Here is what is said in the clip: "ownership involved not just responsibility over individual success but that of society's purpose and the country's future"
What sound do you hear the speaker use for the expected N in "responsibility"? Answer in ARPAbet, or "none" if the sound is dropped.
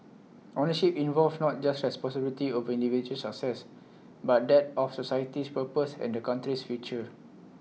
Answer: none